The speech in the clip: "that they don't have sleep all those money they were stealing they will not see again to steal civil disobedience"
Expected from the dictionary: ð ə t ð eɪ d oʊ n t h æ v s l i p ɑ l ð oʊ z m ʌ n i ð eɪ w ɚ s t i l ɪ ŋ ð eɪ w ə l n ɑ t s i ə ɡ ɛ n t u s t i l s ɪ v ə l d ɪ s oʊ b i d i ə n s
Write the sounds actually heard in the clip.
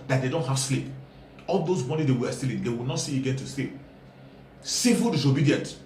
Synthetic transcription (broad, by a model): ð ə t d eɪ d oʊ n t h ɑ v s l i p ɑ l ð oʊ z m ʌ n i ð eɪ w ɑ s t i l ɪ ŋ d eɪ w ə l n ɑ t s i ə ɡ ɛ n t u s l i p s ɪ f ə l d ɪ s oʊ b i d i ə n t